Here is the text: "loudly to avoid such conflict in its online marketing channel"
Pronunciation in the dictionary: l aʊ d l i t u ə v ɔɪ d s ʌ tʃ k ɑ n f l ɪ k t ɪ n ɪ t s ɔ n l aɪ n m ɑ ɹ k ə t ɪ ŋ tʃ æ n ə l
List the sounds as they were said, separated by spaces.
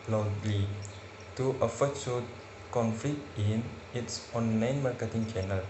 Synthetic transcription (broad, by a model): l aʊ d l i t u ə f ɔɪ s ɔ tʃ k ɑ n f l ɪ k t ɪ n ɪ t s ɔ n l aɪ n m ɑ ɹ k ə t ɪ ŋ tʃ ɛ n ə l